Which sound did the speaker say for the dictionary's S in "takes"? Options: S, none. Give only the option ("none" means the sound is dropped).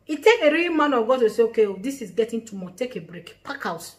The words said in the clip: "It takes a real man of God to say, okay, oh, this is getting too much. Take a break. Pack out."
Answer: none